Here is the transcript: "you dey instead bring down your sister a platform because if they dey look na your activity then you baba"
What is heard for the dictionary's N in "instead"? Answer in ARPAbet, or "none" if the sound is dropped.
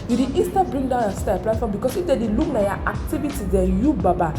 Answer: none